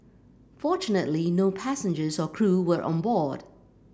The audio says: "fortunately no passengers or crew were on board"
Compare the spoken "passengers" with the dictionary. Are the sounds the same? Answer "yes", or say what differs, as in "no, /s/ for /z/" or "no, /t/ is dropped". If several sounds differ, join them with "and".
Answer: yes